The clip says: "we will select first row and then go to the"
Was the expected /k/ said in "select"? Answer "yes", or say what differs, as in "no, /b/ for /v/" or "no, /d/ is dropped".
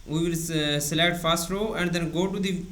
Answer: no, /k/ is dropped